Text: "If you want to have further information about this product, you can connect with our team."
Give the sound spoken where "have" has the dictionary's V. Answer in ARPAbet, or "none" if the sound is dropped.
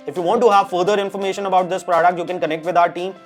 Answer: V